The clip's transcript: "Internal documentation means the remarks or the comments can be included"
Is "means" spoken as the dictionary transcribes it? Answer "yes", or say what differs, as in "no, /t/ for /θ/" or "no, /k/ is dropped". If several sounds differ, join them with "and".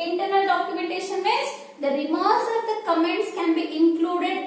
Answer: no, /n/ is dropped